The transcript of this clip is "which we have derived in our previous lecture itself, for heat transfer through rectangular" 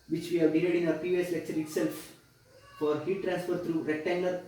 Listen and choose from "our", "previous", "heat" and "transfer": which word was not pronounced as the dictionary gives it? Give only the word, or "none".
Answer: previous